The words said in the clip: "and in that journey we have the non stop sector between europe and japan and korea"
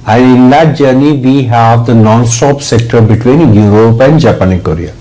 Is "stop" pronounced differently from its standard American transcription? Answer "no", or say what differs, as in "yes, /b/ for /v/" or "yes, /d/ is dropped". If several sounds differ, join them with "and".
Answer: no